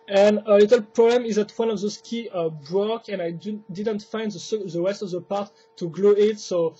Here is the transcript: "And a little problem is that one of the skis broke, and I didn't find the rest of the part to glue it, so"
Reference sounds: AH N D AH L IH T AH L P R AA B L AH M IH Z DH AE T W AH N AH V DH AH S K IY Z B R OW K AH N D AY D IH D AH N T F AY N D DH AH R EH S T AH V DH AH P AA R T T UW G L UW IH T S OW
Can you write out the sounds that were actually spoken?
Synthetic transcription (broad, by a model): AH N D AH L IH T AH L P R AA B L AH M IH Z DH AE T W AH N AH V DH AH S K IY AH B R OW K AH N AY D IH D AH N T F AY N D DH AH W EH S T AH V DH AH P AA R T T UW G L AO IH T S OW